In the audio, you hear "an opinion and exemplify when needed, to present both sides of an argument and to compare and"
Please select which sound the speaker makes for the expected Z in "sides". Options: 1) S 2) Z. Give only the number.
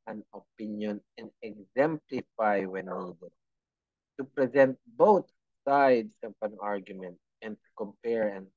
1